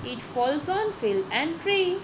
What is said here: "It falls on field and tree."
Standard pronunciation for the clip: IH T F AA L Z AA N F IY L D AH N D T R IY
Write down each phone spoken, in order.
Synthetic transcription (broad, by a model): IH T F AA L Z AA N F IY L AH N D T R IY